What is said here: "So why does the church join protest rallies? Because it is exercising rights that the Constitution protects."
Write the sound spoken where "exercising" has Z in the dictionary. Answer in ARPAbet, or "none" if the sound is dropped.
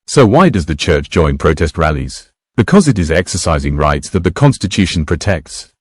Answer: Z